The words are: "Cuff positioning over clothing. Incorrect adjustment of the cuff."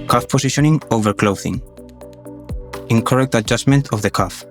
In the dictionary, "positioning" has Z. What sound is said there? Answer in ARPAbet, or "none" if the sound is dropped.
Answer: S